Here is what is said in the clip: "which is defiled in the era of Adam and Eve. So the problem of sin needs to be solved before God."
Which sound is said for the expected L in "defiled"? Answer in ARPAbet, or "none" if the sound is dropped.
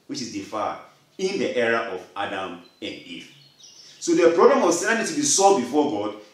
N